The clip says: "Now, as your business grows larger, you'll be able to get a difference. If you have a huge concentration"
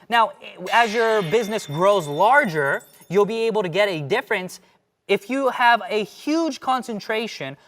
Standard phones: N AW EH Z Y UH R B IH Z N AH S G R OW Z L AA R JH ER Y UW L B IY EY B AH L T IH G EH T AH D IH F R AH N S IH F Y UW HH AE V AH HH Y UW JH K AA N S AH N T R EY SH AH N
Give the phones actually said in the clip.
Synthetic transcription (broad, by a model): N AW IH Z Y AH R B IH Z N AH S G R OW Z L AA R JH ER Y UW L B IY EY B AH L T IH G EH T AH D IH F R AH N S IH F Y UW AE V AH HH Y UW JH K AA N S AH N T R EY SH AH N